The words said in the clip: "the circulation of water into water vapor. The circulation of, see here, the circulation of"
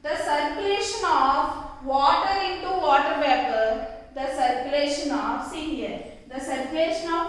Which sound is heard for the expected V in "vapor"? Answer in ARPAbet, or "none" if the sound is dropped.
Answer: B